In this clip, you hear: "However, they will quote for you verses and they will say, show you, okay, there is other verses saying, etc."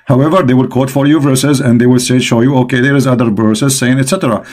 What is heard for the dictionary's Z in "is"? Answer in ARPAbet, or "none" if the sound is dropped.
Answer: Z